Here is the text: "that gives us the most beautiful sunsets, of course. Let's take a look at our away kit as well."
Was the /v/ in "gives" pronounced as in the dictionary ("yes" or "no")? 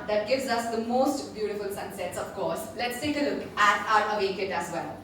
yes